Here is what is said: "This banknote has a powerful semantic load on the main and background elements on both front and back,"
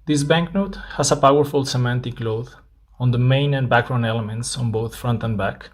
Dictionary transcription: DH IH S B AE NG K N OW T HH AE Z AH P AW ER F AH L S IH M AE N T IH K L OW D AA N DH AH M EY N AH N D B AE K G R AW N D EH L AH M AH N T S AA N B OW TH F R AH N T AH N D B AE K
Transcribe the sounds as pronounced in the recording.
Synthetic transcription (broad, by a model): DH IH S B AE NG K N OW T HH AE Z AH P AW ER F AH L S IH M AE N T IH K L OW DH AA N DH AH M EY N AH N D B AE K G R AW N EH L AH M AH N T S AA N B OW TH F R AH N T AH N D B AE K